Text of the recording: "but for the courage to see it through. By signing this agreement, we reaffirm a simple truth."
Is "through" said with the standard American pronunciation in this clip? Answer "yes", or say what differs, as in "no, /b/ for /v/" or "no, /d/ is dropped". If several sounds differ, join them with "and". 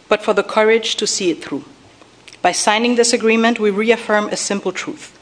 yes